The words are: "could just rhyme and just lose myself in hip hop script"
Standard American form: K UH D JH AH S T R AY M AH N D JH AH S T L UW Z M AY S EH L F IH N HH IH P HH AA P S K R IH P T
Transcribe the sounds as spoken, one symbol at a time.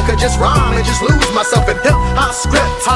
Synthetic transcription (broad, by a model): K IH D JH AH S T R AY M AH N JH AH S T L UW Z M AY S EH L F IH N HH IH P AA S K R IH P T